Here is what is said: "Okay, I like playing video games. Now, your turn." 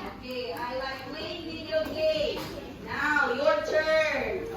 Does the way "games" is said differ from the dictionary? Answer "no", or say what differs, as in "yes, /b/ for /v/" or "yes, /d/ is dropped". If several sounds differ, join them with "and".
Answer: yes, /z/ is dropped